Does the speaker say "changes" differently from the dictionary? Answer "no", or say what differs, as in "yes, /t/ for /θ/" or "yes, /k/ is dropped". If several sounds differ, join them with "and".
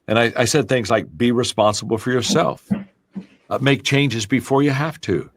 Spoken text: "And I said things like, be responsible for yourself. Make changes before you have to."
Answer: no